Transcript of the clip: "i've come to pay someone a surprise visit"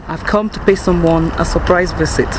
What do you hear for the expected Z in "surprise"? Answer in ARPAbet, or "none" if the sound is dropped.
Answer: Z